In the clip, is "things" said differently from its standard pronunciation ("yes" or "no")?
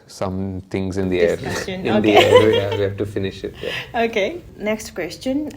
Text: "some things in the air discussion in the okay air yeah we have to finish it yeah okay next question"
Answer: yes